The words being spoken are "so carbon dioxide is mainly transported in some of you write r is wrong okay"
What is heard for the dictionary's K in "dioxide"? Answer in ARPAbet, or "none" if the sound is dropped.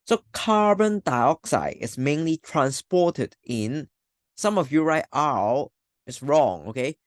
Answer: K